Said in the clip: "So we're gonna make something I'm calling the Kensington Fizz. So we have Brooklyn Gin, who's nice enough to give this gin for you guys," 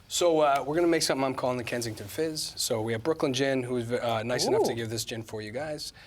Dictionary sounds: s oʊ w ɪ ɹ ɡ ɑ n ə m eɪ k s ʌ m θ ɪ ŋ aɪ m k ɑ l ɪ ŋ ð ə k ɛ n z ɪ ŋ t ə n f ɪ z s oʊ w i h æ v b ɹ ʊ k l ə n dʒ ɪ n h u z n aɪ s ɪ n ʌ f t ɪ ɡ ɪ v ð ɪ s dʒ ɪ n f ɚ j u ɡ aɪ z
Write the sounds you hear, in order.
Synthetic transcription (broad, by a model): s oʊ w ɪ ɹ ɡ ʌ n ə m eɪ k s ʌ m θ ɪ ŋ aɪ m k ɑ l ɪ ŋ ð ə k ɛ n z ɪ ŋ t ə n f ɪ z s oʊ w i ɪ v b ɹ ʊ k l ə n dʒ ɪ n h u z n aɪ s ɪ n ʌ f t ɪ ɡ ɪ v ð ɪ s dʒ ɪ n f ɚ j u ɡ aɪ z